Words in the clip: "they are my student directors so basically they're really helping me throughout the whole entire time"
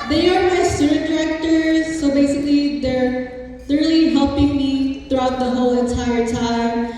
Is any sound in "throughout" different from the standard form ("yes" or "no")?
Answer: no